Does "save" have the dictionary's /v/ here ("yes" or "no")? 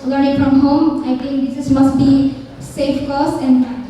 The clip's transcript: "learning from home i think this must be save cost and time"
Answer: no